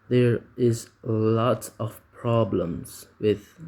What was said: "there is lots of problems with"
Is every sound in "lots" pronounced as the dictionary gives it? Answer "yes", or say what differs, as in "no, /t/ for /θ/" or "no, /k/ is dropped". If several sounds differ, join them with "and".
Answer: no, /s/ is dropped